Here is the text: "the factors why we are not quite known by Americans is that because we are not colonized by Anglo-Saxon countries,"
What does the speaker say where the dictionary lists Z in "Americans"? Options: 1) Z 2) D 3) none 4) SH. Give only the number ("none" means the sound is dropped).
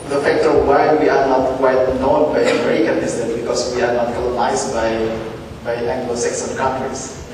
3